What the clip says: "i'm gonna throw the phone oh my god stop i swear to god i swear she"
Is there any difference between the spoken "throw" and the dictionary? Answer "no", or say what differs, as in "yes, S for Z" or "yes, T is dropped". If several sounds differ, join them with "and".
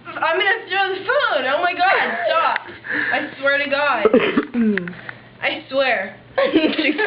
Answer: yes, T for TH